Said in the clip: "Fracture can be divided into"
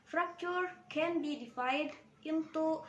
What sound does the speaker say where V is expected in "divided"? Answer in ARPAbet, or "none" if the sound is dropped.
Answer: F